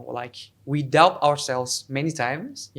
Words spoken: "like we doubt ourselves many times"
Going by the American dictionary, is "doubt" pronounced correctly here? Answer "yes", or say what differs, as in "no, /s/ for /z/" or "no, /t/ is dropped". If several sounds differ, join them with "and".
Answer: no, /t/ is dropped